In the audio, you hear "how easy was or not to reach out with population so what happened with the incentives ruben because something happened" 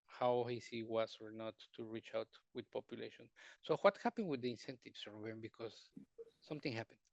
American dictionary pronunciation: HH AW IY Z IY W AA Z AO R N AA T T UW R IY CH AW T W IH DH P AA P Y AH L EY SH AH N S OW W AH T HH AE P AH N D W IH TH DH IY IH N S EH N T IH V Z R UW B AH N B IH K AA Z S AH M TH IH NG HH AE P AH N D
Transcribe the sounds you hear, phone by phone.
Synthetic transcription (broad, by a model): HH AW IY S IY W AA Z AO R N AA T T UW R IY CH AW T W IH DH P AA P Y AH L EY SH AH N S OW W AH T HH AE P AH N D W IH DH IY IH N S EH N T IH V S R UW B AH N B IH K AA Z S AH M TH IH NG HH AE P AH N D